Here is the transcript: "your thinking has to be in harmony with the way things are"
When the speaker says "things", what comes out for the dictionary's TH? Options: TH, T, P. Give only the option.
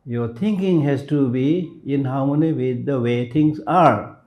T